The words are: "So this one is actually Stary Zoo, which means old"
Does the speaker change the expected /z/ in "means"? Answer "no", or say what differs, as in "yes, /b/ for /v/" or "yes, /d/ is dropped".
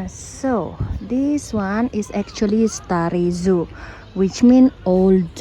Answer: yes, /z/ is dropped